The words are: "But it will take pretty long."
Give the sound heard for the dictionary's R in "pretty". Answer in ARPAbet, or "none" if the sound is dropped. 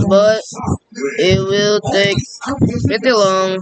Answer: none